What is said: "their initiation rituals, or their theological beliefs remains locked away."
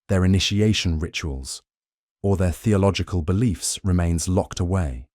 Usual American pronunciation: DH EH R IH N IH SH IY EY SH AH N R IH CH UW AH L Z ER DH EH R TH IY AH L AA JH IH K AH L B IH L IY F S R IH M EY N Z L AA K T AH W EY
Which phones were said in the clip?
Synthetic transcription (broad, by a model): DH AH R IH N IH SH IY EY SH AH N R IH CH UW AH L Z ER DH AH TH IY AH L AA JH IH K AH L B IH L IY F S R IH M EY N Z L AA K T AH W EY